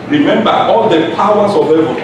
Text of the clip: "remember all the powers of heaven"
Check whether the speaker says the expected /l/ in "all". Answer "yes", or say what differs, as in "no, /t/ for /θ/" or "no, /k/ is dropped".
yes